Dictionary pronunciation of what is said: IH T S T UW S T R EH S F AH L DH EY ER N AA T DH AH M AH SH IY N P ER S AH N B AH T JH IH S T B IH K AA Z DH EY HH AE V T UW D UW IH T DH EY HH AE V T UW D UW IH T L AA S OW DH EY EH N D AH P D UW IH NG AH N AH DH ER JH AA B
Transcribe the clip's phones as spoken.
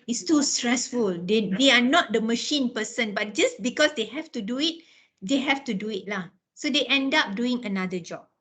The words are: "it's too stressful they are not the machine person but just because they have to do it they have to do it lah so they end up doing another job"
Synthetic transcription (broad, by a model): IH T S T UW S T R EH S F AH L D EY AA N AA T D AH M AH SH IY N P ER S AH N B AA T JH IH S B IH K AA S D EY HH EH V T UW D UW IH T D EY HH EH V T UW D UW IH T L AA S OW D EY EH N D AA P D UW IH NG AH N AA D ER JH AA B